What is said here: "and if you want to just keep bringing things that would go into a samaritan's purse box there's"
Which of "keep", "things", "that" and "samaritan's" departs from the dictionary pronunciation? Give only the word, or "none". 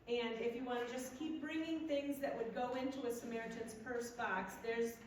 none